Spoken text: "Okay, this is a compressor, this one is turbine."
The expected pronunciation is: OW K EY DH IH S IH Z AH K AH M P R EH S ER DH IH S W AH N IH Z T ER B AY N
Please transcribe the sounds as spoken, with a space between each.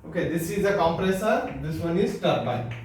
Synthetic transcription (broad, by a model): OW K EY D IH S IH Z AH K AH M P R EH S ER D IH S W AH N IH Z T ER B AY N